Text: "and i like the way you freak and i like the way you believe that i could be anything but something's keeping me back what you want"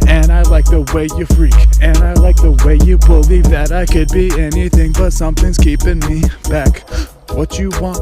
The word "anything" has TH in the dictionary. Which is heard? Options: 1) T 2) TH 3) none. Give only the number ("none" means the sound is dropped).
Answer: 2